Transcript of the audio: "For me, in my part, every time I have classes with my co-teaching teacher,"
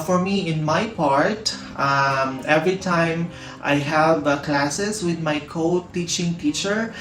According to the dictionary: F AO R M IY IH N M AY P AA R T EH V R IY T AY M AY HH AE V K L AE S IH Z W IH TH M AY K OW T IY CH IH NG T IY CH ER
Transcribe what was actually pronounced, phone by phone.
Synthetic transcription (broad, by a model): F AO R M IY IH N M AY P AA R T EH V R IY T AY M AY HH AE V K L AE S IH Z W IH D M AY K OW T IY CH IH NG T IY CH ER